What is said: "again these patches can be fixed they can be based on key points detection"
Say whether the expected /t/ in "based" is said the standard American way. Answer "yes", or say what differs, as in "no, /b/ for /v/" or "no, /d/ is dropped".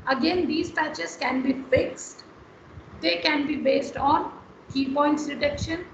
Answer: yes